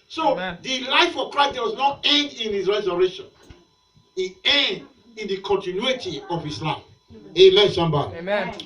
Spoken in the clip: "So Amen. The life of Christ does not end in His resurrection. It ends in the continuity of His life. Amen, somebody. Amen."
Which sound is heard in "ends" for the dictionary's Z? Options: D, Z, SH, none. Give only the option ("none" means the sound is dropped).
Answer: none